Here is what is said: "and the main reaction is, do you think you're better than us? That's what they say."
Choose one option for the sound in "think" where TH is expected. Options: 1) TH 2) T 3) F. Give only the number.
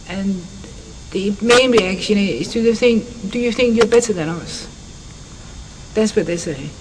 1